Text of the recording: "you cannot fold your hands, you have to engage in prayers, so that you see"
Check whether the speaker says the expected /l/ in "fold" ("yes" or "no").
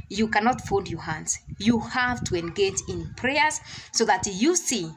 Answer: no